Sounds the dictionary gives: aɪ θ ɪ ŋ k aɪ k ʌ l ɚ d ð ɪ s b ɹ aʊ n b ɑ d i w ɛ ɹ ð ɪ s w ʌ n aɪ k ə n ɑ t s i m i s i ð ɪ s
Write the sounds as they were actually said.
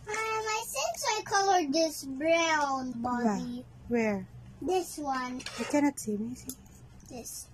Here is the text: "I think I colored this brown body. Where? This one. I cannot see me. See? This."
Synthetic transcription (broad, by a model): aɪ s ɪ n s aɪ k ʌ l ɚ d ð ɪ s b ɹ aʊ n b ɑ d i w ɛ ɹ ð ɪ s w ʌ n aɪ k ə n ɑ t s i m i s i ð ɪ s